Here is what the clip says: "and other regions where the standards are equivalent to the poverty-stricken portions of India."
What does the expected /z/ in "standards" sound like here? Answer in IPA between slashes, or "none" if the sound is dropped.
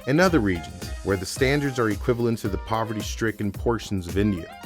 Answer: /z/